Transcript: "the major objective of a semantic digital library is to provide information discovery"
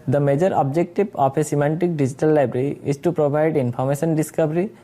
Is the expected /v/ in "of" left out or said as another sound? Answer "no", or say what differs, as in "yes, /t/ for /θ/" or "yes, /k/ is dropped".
yes, /p/ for /v/